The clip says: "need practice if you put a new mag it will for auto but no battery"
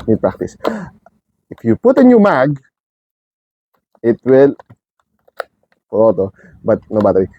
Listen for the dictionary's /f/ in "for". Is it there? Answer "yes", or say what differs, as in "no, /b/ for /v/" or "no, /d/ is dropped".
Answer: no, /p/ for /f/